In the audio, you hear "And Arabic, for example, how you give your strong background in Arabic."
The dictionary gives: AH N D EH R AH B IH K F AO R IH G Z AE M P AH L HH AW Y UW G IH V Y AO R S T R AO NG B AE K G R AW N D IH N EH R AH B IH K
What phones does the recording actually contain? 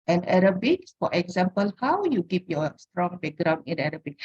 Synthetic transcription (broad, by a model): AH N EH R AH B IH K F AO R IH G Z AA M P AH L HH AW Y UW G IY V Y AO S T R AO NG B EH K G R AW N IH N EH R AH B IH K